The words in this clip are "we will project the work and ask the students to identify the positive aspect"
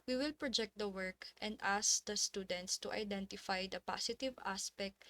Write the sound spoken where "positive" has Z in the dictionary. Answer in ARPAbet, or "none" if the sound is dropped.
S